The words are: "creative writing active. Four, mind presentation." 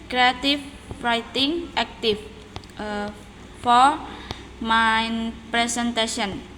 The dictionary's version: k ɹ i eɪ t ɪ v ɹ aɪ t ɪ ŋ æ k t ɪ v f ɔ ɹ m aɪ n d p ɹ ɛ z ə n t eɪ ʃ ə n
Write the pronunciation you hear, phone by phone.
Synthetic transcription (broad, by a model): k ɹ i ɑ t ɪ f ɹ aɪ t ɪ ŋ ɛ k t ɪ f f ɔ ɹ m aɪ n p ɹ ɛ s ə n t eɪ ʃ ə n